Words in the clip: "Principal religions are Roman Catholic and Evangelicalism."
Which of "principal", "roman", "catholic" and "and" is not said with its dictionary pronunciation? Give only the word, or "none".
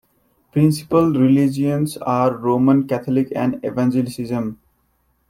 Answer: catholic